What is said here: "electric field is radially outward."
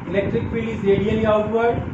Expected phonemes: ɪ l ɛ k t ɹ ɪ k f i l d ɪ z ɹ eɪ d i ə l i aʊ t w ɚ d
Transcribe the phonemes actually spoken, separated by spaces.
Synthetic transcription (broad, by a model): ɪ l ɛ k t ɹ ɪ k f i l ɪ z ɹ eɪ d i ə l i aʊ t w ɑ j